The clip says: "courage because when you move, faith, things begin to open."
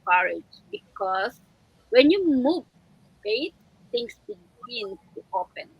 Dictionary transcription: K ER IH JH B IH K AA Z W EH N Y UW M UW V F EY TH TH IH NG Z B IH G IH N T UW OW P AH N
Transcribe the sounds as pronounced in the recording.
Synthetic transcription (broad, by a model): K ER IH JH B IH K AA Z W EH N Y UW M UW V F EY T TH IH NG S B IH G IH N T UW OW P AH N